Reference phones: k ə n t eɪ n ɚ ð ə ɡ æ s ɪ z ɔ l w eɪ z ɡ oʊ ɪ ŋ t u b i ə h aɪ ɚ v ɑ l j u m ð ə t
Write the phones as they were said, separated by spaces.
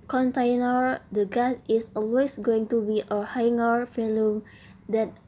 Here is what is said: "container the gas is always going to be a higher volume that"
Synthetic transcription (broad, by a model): k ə n t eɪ n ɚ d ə ɡ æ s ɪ s ɔ l w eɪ s ɡ oʊ ɪ ŋ t u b i ə h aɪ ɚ f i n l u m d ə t